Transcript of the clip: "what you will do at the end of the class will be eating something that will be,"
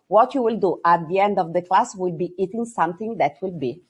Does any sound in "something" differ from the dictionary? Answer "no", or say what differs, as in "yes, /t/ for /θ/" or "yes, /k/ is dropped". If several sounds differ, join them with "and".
yes, /t/ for /θ/